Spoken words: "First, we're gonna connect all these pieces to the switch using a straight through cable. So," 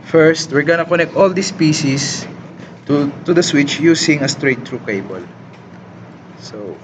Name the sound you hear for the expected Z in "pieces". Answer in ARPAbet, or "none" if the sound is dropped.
S